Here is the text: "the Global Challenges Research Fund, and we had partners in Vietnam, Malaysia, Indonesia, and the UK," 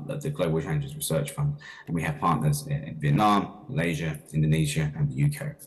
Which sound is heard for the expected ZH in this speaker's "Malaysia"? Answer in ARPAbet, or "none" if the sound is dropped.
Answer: ZH